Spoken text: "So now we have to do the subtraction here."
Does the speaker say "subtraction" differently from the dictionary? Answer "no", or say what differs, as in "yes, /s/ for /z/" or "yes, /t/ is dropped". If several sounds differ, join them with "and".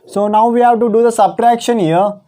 no